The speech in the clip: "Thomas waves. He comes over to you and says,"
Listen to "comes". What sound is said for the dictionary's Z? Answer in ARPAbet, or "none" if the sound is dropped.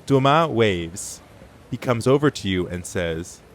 Z